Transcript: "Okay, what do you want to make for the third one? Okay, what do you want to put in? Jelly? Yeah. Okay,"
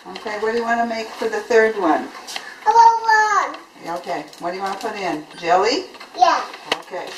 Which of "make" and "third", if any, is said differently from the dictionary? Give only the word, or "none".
none